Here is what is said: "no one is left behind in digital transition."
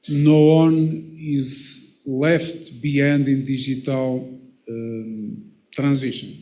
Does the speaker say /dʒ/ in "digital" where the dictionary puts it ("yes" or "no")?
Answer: no